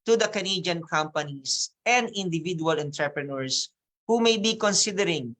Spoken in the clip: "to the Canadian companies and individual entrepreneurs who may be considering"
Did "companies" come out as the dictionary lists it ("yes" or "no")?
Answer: no